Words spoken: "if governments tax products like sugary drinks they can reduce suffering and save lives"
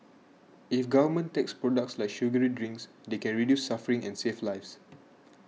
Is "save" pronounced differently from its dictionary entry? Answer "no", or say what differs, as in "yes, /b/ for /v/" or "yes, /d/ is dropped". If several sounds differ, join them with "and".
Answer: yes, /f/ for /v/